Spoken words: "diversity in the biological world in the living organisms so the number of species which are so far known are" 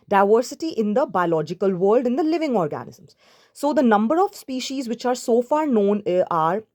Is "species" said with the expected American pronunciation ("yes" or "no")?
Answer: yes